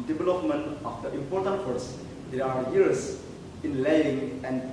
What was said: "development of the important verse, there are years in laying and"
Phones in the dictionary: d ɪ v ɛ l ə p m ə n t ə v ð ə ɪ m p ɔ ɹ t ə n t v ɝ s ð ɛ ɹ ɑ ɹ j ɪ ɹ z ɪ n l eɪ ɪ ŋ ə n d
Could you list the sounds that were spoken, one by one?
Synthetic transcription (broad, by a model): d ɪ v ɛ l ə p m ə n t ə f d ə ɪ m p ɔ ɹ t ə n t f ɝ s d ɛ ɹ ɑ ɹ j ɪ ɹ s ɪ n l eɪ ɪ ŋ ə n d